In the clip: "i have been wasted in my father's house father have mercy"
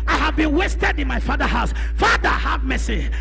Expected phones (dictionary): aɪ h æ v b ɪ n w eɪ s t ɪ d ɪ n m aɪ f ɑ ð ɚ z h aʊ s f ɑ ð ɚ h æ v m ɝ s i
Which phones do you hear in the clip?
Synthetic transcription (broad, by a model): aɪ h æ v b ɪ n w eɪ s t ɪ d ɪ n m aɪ f ɑ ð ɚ h aʊ s f ɑ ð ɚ h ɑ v m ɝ s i